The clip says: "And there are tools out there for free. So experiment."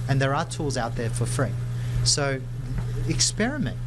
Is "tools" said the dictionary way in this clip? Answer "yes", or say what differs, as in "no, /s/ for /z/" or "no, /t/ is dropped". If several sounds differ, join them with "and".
yes